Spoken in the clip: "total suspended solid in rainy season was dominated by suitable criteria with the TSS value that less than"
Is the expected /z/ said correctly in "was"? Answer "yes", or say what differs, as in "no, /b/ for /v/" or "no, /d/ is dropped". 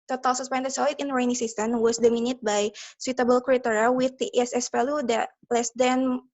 no, /s/ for /z/